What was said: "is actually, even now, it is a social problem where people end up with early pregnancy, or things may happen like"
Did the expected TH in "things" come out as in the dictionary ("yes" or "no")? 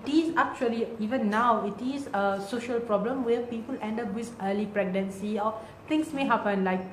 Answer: no